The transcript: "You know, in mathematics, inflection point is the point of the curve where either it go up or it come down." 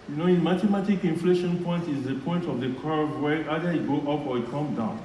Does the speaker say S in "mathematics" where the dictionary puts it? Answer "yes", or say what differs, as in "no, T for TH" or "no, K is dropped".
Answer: no, S is dropped